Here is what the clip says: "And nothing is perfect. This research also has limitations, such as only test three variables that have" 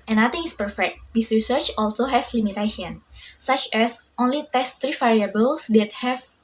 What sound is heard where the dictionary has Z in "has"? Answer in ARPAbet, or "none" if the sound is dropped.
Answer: S